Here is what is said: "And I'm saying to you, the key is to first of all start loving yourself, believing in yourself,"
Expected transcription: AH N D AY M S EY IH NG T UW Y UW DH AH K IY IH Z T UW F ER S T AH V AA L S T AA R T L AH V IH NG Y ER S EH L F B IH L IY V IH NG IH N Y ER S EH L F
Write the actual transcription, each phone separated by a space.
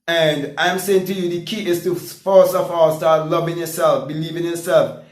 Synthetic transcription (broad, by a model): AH N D AY M S EY IH NG T UW Y UW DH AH K IY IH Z T UW F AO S AH F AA S T AA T L AH V IH NG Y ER S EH L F B IH L IY V IH NG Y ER S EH L F